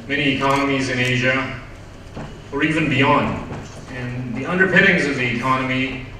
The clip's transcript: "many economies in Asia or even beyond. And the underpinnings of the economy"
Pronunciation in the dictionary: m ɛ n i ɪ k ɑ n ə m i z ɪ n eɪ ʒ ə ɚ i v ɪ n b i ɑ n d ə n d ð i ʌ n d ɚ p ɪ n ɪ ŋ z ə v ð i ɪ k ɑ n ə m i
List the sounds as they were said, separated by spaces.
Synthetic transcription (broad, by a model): m ɛ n i ɪ k ɑ n ə m i z ɪ n eɪ ʒ ə ɚ i v ɪ n b i ɑ n d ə n ð i ʌ n d ɚ p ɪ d ɪ ŋ z ə v ð i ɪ k ɑ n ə m i